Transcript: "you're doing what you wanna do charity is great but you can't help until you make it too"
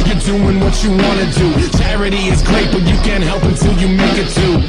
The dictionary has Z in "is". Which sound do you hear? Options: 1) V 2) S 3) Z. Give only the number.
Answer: 3